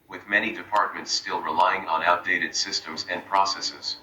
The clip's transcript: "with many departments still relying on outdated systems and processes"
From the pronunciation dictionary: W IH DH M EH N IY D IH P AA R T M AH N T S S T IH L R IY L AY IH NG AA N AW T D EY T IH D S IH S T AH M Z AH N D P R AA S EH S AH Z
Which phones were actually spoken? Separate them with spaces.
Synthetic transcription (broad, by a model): W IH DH M EH N IY D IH P AA R T M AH N T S S T IH L R IY L AY IH NG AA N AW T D EY T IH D S IH S T AH M Z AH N P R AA S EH S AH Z